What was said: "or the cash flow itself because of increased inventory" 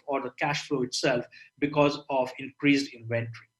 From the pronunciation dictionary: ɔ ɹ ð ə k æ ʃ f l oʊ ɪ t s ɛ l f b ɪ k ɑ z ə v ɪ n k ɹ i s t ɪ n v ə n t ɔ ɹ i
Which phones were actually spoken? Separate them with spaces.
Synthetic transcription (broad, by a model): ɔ ɹ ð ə k æ ʃ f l oʊ ɪ t s ɛ l f b ɪ k ɑ z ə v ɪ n k ɹ i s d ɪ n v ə n t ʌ ɹ i